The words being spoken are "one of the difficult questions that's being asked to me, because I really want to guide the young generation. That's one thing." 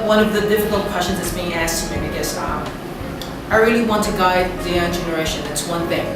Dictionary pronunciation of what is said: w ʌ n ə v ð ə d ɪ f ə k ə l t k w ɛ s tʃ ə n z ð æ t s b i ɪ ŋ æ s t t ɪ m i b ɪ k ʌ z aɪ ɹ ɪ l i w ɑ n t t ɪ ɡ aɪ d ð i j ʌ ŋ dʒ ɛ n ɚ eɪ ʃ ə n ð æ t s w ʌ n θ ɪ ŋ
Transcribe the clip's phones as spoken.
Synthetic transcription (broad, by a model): w ʌ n ə v ð ə d ɪ f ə k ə l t k w ɛ s tʃ ə n z ð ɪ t s b i ɪ ŋ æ s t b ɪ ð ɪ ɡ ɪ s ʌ aɪ ɹ ɪ l i w ɑ n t t ɪ ɡ aɪ d ð i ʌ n dʒ ɛ n ɚ eɪ ʃ ə n ð æ t s w ʌ n θ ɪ ŋ